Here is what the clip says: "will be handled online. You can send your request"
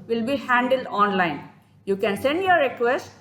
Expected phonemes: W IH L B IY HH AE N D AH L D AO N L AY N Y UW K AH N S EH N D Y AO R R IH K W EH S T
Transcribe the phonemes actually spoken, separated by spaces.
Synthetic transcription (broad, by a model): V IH L B IY HH AE N D AH L D AO N L AY N Y UW K AH N S EH N D Y AO R R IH K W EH S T